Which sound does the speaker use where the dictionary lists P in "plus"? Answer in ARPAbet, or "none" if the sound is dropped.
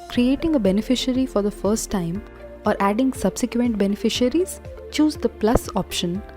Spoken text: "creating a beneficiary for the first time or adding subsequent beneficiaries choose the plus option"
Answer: P